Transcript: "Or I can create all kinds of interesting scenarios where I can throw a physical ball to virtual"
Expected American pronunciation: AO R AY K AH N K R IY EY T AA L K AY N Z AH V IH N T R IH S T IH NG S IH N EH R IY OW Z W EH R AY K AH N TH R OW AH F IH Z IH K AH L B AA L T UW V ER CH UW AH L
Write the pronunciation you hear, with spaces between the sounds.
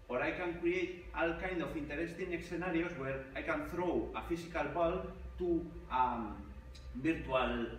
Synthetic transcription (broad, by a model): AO R AY K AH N K R IY EY T AA L K AY N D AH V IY N T R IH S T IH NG S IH N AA R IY OW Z W EH R AY K AH N TH R OW AH F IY S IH K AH L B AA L T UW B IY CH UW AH L